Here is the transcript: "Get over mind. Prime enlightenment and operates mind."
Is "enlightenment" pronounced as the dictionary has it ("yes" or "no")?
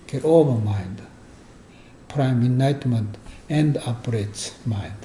no